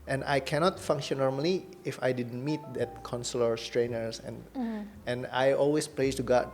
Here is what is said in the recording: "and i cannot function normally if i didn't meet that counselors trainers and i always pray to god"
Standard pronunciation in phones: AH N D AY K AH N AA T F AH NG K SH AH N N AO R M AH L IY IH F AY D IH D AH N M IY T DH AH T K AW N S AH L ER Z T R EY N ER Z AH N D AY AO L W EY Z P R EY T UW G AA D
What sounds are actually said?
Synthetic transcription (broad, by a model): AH N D AY K AH N AA T F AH NG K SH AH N N AO R M AH L IY IH F AY D IH D AH N M IY T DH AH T K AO N S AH L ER S T R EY N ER S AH N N AY AO L W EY S P L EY T UW G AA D